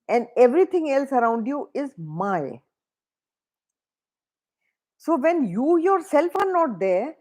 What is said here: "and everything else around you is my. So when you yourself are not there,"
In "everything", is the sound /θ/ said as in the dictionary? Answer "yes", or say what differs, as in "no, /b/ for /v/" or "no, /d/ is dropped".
no, /t/ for /θ/